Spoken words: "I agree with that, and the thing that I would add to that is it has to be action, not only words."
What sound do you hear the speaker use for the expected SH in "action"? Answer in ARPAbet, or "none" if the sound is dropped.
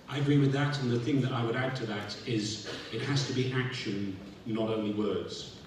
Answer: SH